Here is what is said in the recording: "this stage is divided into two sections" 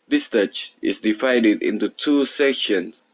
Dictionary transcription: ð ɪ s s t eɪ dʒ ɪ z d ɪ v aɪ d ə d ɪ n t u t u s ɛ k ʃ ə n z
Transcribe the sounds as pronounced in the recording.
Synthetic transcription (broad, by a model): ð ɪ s s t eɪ tʃ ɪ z d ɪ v aɪ d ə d ɪ n t u t u s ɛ k ʃ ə n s